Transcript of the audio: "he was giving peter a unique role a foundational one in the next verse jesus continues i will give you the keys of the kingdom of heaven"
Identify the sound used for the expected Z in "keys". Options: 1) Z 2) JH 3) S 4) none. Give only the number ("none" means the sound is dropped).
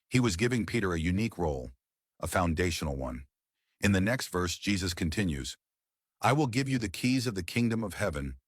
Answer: 1